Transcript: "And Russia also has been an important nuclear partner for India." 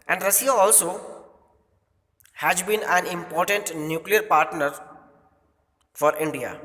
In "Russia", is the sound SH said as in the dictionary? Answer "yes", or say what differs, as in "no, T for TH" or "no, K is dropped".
no, S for SH